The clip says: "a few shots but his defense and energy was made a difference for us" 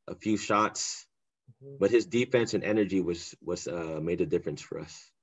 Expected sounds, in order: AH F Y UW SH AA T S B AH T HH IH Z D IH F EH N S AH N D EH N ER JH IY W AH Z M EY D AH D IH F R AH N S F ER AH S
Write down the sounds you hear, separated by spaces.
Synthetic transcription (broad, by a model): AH F Y UW SH AA T S B AH T HH IH Z D IH F EH N S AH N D EH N ER JH IY W AH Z M EY D AH D IH F R AH N S F ER AH S